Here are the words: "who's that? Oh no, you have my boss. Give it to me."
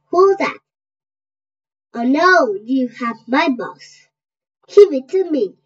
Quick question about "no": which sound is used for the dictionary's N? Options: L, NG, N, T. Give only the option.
L